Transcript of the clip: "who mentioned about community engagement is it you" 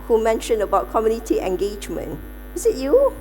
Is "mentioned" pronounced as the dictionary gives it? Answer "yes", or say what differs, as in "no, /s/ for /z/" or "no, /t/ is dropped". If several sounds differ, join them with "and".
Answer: no, /d/ is dropped